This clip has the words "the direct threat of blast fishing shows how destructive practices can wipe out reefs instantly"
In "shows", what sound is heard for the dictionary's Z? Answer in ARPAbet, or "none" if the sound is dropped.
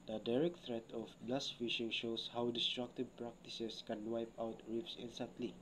S